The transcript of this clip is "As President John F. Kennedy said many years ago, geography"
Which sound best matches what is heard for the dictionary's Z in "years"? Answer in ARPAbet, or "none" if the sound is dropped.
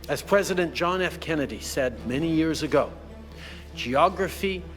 Z